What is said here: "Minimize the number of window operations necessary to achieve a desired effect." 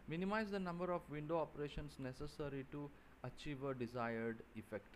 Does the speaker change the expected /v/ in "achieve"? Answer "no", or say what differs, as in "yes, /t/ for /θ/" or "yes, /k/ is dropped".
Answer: no